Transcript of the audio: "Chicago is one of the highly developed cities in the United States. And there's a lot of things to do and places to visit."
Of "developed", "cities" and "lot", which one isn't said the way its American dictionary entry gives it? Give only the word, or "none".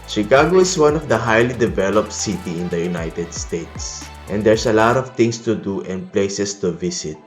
cities